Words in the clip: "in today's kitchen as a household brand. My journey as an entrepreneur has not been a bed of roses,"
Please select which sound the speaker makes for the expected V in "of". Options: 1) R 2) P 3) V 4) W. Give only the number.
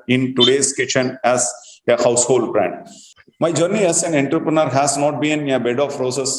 2